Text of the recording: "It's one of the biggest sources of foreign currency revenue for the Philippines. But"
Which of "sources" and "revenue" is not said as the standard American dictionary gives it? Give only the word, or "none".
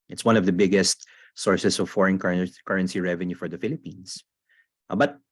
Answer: sources